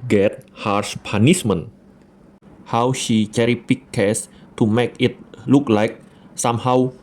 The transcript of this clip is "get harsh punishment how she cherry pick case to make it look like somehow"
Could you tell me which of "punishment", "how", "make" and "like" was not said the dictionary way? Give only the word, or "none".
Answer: punishment